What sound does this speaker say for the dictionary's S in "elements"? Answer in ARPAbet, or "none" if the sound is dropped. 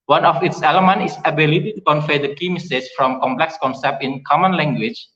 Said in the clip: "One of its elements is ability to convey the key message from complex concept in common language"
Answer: none